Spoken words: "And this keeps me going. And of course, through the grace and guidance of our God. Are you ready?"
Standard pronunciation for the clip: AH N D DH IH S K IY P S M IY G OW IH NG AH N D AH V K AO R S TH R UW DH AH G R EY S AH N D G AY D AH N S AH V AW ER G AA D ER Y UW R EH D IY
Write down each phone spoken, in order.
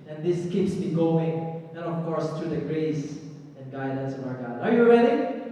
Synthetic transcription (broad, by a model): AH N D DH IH S K IY P S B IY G OW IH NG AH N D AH F K AO R S T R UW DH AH G R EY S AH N G AY D AH N S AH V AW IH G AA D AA Y UW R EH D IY